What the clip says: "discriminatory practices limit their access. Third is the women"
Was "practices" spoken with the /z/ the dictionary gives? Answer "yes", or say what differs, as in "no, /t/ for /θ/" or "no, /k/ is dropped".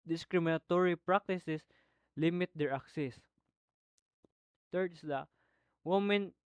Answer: no, /s/ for /z/